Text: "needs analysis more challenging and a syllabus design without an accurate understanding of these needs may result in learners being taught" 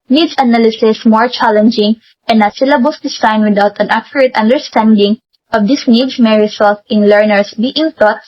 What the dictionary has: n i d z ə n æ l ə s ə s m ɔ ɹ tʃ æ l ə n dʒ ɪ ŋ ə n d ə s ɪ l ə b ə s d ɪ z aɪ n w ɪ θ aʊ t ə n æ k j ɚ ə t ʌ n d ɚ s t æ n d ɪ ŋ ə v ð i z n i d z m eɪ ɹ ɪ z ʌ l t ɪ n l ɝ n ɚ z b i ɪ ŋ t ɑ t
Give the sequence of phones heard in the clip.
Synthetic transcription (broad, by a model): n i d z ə n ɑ l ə s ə s m ɔ ɹ tʃ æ l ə n dʒ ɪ ŋ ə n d ə s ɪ l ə b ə s d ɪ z aɪ n w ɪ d aʊ t ə n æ k j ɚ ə t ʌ n d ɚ s t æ n d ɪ ŋ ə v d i s n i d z m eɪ ɹ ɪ s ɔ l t ɪ n l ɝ n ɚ s b i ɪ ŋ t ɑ t